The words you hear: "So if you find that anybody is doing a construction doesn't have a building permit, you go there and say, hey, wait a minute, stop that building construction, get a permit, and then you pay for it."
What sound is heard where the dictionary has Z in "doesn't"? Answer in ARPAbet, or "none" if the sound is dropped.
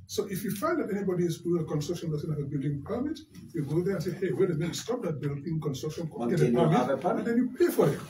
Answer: S